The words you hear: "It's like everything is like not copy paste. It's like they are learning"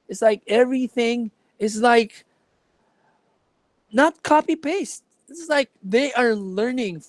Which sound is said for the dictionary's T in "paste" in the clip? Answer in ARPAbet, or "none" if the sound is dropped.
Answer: T